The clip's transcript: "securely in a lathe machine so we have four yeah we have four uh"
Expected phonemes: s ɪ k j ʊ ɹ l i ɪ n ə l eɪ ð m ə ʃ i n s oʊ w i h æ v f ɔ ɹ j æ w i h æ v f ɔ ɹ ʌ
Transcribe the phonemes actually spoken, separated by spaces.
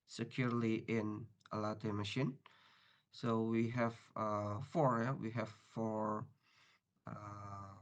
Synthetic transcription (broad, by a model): s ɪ k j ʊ ɹ l i ɪ n ə l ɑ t m ə ʃ i n s oʊ w i h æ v f ɔ ɹ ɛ w i h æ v f ɔ ɹ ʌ